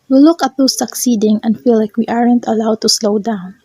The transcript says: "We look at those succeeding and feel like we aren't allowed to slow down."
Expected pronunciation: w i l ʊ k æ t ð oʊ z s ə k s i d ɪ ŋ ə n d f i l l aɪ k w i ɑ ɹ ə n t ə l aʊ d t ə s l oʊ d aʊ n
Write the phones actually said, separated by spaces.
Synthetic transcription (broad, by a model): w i l ʊ k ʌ t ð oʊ s ə k s i d ɪ ŋ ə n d f i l l aɪ k w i ɑ ɹ ə n t ə l aʊ d t ə s l oʊ d aʊ n